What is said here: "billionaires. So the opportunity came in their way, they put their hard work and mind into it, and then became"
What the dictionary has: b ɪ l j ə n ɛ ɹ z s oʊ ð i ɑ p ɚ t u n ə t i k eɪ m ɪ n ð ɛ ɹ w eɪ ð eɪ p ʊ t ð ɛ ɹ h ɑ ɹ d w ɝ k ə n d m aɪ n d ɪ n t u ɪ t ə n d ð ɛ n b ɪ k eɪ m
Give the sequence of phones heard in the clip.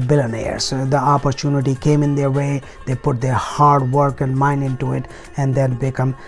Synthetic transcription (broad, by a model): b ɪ l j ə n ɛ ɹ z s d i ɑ p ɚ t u n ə t i k eɪ m ɪ n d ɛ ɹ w eɪ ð eɪ p ʊ t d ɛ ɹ h ɑ ɹ d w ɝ k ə n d m aɪ n d ɪ n t u ɪ t ə n d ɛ l b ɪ k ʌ m